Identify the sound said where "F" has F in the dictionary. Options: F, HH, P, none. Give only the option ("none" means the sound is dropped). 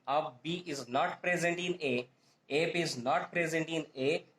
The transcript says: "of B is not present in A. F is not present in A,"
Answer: P